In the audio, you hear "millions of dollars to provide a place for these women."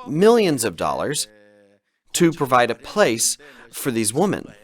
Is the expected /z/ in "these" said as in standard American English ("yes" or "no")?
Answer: yes